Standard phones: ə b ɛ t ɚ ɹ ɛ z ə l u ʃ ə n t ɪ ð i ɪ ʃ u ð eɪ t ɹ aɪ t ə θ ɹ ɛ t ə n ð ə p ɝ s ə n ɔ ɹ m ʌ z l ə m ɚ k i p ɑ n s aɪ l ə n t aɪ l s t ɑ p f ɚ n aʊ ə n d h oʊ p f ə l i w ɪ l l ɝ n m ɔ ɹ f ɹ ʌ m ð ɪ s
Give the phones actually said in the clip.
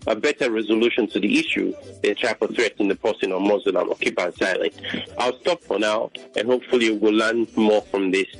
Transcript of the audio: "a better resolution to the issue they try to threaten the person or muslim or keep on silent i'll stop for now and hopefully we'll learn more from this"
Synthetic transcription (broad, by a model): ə b ɛ t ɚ ɹ ɛ z ə l u ʃ ə n t ɪ ð i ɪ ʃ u ð eɪ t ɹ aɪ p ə θ ɹ ɛ t ə n ð ə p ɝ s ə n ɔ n m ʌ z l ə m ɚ k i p ɑ n s aɪ l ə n t aɪ l s t ɑ p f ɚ n aʊ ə n h oʊ p f ə l i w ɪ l l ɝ n m ɔ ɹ f ɹ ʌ m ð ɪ s